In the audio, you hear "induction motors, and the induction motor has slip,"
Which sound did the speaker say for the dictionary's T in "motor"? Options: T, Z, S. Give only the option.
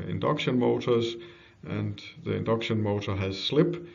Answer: T